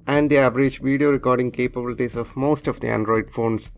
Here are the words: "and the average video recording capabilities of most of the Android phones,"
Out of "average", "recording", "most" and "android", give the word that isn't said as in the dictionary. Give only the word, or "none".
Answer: none